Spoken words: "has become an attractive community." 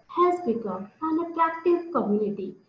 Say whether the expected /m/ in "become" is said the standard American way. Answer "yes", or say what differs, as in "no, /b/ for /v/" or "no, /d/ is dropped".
no, /m/ is dropped